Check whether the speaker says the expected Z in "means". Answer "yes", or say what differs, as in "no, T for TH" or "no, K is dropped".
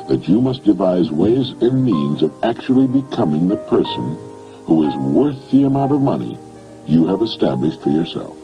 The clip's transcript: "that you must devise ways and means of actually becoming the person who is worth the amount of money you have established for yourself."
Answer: yes